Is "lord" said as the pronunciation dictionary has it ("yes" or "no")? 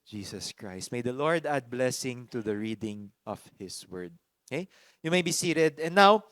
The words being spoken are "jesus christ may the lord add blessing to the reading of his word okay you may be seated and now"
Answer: yes